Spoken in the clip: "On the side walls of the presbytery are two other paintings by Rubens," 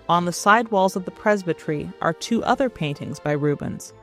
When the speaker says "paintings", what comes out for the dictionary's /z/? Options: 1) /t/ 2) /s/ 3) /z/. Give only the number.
3